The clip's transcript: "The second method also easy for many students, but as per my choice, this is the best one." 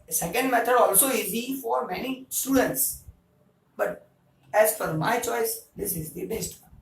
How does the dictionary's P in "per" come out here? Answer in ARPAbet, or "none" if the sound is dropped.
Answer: F